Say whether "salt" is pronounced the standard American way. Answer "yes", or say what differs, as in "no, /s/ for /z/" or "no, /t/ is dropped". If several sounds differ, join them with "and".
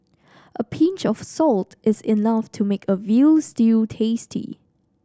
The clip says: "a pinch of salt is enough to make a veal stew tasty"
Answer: yes